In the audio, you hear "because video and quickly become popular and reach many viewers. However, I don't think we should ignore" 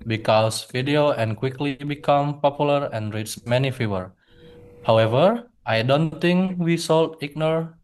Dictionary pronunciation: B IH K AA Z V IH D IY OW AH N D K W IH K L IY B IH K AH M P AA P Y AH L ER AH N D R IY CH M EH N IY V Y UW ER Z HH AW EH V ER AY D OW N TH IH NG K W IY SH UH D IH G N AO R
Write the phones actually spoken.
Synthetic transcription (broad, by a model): B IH K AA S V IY D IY OW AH N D K W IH K L IY B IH K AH M P AA P Y AH L ER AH N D R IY S M EH N IY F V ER HH AW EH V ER AY D OW N T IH NG K W IY S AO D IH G N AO R